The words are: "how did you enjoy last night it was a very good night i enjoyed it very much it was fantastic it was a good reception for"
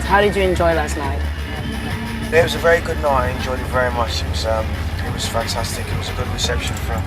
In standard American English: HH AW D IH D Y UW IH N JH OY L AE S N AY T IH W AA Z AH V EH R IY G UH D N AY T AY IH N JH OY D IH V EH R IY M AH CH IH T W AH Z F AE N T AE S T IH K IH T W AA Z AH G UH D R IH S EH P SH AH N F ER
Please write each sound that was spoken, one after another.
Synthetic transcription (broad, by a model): HH AW D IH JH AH IH N JH OY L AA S N AY T IH W AA Z AH V EH R IY G UH D N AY AY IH N JH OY IH V EH R IY M AH CH IH T W AH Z F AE N T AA S T IH K IH T W AA Z AH G UH D R IH S EH P SH AH N F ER